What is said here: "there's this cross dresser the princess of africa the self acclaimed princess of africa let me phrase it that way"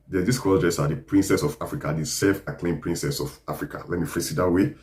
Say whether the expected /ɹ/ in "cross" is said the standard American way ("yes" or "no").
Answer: no